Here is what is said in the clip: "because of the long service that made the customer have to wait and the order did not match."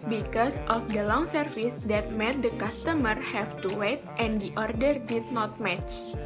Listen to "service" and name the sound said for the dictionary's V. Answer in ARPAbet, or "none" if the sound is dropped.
F